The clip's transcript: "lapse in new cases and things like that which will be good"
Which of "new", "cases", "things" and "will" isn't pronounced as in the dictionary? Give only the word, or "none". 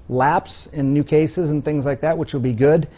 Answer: none